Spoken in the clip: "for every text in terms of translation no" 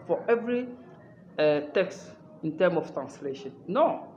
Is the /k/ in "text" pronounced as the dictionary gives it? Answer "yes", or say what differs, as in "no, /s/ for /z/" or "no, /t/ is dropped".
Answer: yes